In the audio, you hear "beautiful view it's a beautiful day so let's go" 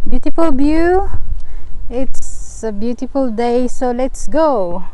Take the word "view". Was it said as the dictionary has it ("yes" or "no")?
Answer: no